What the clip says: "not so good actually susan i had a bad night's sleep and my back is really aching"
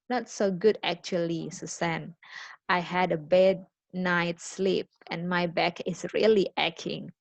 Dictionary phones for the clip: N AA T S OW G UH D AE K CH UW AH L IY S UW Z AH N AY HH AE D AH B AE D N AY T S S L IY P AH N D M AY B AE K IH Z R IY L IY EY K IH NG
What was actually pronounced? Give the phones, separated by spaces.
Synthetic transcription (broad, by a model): N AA T S OW G UH D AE K CH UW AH L IY S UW S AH N AY HH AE D AH B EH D N AY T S S L IY P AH N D M AY B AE K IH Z R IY L IY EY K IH NG